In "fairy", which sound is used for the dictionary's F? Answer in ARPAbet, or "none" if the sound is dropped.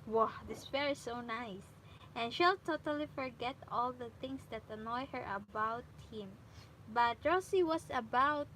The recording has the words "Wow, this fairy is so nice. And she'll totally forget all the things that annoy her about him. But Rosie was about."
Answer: P